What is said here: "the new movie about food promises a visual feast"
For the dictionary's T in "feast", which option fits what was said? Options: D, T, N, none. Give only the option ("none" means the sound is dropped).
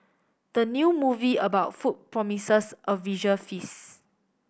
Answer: none